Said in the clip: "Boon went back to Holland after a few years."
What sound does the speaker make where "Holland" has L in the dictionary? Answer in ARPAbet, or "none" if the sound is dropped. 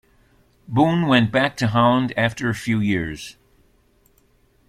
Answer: none